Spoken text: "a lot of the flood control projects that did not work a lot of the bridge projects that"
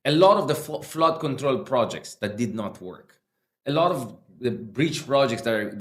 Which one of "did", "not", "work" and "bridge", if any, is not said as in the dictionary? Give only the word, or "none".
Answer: bridge